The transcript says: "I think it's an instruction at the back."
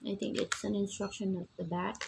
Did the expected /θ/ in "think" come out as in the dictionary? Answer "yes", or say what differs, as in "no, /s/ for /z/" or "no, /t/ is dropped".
no, /t/ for /θ/